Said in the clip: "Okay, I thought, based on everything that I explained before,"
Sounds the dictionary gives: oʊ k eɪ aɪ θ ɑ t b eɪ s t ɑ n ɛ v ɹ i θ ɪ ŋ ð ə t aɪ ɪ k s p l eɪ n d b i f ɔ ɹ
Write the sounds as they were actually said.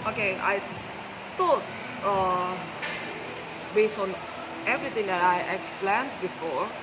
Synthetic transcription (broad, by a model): oʊ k eɪ aɪ t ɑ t b eɪ s t ɑ n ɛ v ɹ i t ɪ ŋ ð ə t aɪ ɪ k s p l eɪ n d b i f ɔ ɹ